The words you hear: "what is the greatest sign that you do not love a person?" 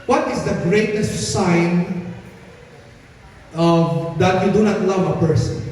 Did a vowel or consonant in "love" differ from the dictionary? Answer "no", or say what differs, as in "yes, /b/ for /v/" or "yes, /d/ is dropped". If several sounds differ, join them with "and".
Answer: no